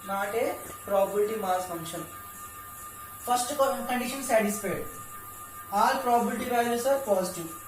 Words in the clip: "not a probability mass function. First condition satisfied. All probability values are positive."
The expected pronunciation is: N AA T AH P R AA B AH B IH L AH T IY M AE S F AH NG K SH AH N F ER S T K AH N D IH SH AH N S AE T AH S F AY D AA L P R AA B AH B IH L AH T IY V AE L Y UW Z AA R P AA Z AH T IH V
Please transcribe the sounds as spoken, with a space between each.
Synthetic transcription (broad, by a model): N AA T AH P R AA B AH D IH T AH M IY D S F AH NG K SH AH N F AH S T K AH N D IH SH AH N S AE T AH S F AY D AA L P R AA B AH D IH T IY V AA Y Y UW S AA R P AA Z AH T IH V